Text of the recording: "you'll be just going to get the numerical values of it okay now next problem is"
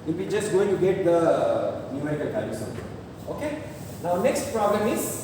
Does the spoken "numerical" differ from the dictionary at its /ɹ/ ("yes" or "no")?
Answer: yes